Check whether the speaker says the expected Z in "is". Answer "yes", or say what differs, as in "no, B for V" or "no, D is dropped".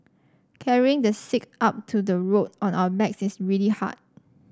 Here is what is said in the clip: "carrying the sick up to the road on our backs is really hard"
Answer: no, S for Z